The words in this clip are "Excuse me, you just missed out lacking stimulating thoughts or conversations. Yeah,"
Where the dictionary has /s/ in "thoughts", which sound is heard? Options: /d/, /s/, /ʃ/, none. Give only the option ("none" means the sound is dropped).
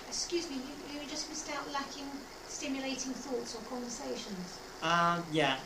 /s/